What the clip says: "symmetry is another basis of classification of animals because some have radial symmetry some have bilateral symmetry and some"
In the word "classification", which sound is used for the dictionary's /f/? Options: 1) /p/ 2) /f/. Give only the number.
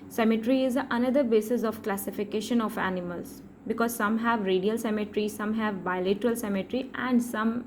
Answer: 2